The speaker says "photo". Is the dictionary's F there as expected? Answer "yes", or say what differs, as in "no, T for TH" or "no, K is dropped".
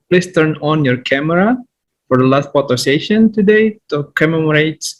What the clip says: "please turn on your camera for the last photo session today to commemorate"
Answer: no, P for F